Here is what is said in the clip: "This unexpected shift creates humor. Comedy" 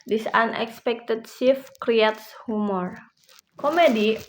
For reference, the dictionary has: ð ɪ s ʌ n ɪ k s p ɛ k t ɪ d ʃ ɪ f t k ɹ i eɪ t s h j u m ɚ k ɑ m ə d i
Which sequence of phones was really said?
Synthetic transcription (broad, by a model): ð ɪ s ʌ n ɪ k s p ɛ k t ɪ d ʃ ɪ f k ɹ i eɪ t s h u m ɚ k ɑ m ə d i